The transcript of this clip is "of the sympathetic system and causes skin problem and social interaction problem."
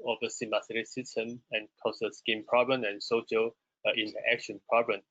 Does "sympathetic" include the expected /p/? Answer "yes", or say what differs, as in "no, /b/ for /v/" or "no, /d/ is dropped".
no, /p/ is dropped